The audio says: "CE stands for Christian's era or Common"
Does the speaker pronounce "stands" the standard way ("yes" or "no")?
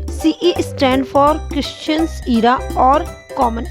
no